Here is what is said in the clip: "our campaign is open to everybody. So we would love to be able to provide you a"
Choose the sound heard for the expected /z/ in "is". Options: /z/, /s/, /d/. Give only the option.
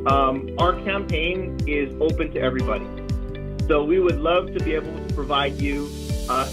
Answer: /z/